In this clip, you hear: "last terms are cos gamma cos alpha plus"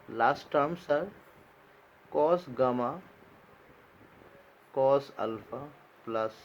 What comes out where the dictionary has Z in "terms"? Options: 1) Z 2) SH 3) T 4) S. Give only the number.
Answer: 4